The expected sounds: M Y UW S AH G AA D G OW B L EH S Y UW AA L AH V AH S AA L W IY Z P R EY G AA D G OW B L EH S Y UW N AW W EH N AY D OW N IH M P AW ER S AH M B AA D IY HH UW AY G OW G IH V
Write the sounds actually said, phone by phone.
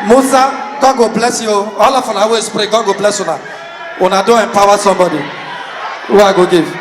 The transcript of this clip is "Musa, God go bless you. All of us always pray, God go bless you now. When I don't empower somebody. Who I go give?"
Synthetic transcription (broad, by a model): M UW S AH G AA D G OW B L EH S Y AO AA L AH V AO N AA W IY S P R EY G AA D G OW B L EH S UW N AW N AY D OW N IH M P AW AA S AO M B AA D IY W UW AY G OW G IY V